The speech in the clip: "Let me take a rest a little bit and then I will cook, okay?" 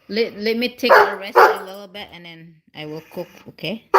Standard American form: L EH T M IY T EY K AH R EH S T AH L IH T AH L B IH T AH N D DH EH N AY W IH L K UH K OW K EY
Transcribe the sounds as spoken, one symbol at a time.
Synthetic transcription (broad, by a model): L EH T M IY T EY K AH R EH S AH L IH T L B IH T AH N D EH N AY W IH L K UH K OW K EY